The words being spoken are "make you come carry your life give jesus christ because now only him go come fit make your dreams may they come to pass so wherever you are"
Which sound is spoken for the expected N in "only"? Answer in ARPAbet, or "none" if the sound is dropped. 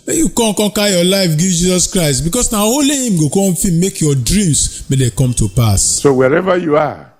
none